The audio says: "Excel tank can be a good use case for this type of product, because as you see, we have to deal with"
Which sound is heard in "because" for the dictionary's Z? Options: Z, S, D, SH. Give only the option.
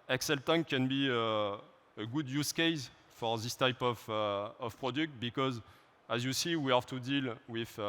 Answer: Z